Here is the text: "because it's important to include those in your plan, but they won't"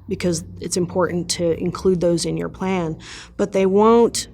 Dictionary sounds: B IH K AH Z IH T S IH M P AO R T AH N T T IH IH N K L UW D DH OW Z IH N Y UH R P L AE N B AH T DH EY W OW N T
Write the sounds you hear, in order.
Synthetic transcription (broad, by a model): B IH K AH Z IH T S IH M P AO R T N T T IH IH N K L UW D DH OW Z IH N Y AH R P L AE N B AH T DH EY W OW N T